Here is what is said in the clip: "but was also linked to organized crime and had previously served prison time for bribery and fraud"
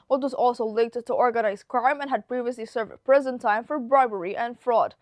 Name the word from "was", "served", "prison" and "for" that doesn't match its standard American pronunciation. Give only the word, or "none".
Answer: none